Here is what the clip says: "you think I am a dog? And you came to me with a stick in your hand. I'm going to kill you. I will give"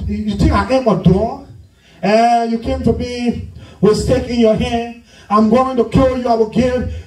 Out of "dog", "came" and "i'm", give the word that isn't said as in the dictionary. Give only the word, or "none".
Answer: dog